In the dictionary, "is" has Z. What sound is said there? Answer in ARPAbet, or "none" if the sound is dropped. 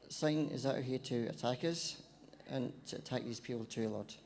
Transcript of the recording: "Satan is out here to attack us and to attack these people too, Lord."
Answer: Z